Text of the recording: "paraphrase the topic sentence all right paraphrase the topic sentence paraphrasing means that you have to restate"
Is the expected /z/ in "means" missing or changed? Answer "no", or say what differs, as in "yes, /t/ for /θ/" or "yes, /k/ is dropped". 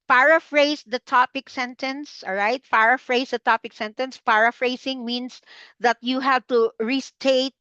yes, /s/ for /z/